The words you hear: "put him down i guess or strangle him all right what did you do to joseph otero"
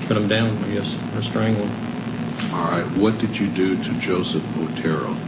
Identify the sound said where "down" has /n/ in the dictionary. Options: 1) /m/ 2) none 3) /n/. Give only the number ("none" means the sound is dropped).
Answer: 3